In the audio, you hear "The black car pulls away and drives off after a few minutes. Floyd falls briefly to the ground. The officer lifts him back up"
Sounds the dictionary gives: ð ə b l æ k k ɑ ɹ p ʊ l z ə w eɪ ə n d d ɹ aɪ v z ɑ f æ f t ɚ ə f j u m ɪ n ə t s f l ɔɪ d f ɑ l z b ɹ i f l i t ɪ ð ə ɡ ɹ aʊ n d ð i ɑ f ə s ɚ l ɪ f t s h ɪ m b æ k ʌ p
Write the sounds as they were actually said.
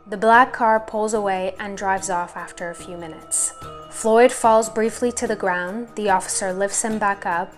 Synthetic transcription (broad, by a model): ð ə b l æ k k ɑ ɹ p ʊ l z ə w eɪ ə n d d ɹ aɪ v z ɑ f æ f t ɚ ə f j u m ɪ n ə t s f l ɔɪ d f ɑ l z b ɹ i f l i t ɪ ð ə ɡ ɹ aʊ n ð i ɑ f ə s ɚ l ɪ f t s h ɪ m b æ k ʌ p